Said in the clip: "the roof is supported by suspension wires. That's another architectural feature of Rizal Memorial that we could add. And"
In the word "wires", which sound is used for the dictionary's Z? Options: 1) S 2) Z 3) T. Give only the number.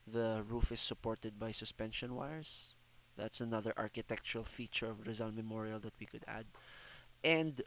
1